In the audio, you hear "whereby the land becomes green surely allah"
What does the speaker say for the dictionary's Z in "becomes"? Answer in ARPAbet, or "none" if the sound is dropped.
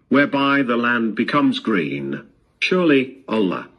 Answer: Z